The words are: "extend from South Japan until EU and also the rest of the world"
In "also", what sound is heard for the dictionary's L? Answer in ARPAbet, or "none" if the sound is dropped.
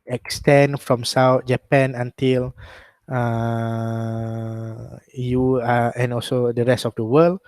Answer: L